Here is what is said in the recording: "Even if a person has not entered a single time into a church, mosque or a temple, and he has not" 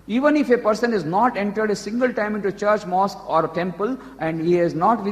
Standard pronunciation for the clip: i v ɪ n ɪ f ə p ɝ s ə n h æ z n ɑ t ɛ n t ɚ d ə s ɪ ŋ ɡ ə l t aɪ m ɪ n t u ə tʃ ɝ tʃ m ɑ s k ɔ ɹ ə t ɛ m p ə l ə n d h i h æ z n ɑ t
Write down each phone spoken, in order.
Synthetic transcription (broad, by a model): i v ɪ n ɪ f ə p ɝ s ə n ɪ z n ɑ t ɛ n t ɚ d ə s ɪ ŋ ɡ ə l t aɪ m ɪ n t u tʃ ɝ tʃ m ɑ s k ɔ ɹ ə t ɛ m p ə l ə n d h i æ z n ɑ t